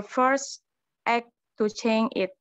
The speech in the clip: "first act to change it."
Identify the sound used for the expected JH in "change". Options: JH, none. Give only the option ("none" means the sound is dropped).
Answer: none